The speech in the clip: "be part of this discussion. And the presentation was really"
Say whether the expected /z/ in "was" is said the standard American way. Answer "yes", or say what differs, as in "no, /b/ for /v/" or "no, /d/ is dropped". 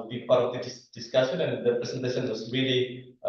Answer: no, /s/ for /z/